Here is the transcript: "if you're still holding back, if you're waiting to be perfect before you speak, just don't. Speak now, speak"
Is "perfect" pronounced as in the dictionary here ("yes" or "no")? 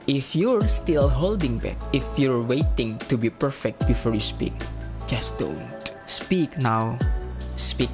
yes